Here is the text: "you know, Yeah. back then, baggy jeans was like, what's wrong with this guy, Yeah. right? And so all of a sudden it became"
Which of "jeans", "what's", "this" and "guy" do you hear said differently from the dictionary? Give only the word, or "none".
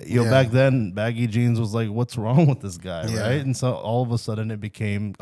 none